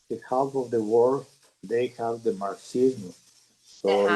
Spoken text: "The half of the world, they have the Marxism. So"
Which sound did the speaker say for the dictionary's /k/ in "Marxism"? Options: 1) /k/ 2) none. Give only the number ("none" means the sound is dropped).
2